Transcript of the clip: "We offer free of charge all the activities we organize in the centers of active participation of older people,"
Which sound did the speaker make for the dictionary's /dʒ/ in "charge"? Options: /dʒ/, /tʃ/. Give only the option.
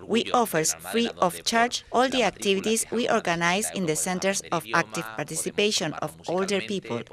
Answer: /tʃ/